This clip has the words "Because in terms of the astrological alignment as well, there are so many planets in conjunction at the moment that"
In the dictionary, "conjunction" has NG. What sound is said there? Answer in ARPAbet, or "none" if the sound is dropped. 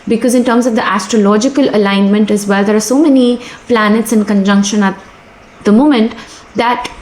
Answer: NG